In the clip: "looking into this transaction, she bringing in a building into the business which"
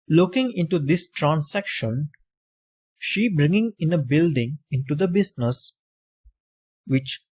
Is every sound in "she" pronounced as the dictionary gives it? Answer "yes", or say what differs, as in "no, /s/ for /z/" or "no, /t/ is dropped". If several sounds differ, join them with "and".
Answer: yes